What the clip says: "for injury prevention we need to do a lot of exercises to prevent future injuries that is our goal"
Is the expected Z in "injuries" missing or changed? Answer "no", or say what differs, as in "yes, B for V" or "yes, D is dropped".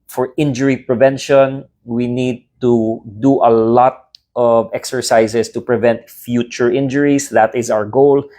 yes, S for Z